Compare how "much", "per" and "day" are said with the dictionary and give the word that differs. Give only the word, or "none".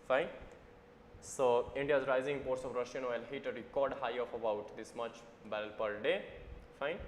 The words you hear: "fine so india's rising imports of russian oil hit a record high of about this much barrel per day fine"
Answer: none